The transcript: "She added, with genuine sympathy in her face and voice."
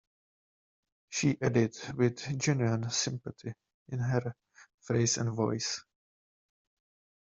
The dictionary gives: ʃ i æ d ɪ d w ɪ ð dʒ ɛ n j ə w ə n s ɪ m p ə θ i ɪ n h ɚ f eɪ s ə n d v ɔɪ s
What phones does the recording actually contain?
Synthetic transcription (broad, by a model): ʃ i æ d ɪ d w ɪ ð dʒ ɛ n j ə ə n s ɪ m p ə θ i ɪ n h ɚ f eɪ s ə n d v ɔɪ s